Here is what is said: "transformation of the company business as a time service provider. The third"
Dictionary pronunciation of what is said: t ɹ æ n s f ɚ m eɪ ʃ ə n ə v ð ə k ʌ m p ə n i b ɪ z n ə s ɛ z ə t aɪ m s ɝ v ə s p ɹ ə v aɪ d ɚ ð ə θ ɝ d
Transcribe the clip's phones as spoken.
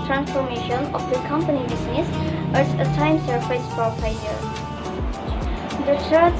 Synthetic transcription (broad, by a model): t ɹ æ n s f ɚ m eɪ ʃ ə n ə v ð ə k ʌ m p ə n i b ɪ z n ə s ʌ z ə t aɪ m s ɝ f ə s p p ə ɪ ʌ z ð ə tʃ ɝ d